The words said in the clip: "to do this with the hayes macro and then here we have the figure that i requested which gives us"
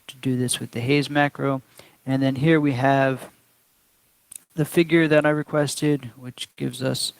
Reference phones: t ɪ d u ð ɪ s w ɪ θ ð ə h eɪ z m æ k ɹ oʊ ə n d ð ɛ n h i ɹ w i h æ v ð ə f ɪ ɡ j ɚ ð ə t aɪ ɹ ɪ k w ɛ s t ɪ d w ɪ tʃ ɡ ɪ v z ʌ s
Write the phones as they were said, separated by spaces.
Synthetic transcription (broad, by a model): t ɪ d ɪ ð ɪ s w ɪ ð ə h eɪ z m æ k ɹ oʊ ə n ð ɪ n h i ɹ w i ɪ v ð ə f ɪ ɡ j ɚ ð ə t aɪ ɹ ɪ k w ɛ s t ɪ d w ɪ tʃ ɡ ɪ v z ʌ s